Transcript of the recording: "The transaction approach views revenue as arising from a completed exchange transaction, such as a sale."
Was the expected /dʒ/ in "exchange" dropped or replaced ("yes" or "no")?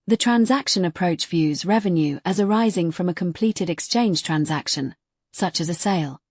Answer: yes